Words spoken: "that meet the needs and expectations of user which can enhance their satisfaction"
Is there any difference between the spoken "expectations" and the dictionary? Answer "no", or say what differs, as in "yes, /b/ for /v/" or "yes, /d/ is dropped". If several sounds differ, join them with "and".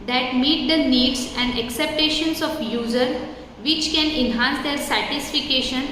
yes, /p/ is dropped